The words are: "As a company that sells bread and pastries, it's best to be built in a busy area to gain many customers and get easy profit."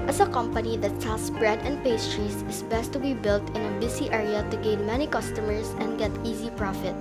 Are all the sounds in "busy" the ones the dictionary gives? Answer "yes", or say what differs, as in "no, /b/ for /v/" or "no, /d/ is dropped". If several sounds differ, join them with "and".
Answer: no, /s/ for /z/